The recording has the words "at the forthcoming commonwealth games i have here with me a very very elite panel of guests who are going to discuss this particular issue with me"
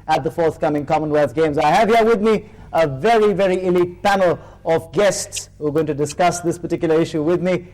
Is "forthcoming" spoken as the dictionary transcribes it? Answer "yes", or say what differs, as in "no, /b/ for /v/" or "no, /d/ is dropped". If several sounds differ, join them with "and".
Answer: yes